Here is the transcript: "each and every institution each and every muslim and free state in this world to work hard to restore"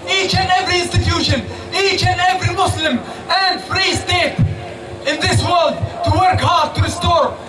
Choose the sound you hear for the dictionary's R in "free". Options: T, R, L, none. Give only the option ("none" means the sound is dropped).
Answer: R